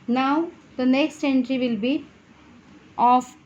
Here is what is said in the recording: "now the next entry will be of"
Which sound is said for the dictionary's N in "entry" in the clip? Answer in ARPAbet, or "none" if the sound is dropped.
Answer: N